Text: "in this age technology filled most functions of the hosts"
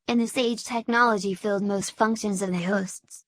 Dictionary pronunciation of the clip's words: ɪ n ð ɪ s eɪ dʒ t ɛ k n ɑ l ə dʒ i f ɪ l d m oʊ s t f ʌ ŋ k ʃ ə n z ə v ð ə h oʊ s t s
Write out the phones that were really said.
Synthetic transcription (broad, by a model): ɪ n ð ɪ s eɪ dʒ t ɛ k n ɑ l ə dʒ i f ɪ l d m oʊ s t f ʌ ŋ k ʃ ə n z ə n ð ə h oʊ s t s